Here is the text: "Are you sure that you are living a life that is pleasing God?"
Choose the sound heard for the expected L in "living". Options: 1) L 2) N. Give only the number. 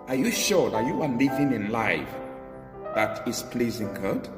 1